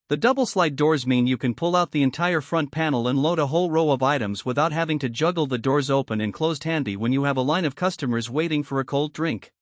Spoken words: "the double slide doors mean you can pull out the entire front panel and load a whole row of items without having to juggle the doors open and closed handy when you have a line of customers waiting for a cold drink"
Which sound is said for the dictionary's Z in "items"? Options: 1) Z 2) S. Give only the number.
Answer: 1